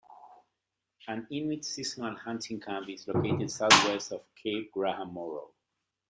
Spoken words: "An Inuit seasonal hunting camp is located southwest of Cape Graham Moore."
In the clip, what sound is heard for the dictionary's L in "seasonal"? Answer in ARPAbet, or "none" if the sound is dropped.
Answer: N